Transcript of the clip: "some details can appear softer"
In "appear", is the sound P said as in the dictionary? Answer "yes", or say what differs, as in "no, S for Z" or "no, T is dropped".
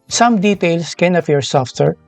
no, F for P